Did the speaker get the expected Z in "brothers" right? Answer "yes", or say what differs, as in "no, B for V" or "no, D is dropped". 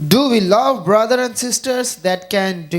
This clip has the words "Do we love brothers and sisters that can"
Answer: no, Z is dropped